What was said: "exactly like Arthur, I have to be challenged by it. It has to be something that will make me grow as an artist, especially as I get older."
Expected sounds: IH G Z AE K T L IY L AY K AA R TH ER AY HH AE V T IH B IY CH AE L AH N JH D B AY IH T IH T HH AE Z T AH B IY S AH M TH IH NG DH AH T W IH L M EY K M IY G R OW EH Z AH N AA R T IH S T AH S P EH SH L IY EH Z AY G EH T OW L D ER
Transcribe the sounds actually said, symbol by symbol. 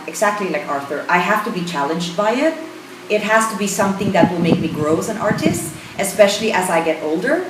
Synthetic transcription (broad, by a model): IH G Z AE K T L IY L AY K AA R TH ER AY HH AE F T IH B IY CH AE L AH N JH D B AY IH T IH T HH AE Z T AH B IY S AH M TH IH NG DH AH T W IH L M EY K M IY G R OW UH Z AH N AA R T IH S T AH S P EH SH L IY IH Z AY G EH T OW L D ER